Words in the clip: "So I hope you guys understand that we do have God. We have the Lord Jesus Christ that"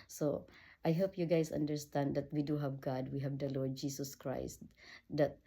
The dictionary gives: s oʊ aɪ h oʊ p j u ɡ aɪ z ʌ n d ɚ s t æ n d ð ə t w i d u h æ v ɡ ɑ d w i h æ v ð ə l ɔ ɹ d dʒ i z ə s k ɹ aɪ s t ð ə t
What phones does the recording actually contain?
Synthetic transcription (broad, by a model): s oʊ aɪ h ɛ p j u ɡ aɪ s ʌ n d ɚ s t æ n d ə t w i d u h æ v ɡ ɑ d w i h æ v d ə l ɔ ɹ d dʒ i s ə s k ɹ aɪ s t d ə t